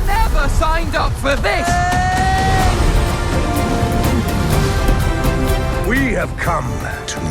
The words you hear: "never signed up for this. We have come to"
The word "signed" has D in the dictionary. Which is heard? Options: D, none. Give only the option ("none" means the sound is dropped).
D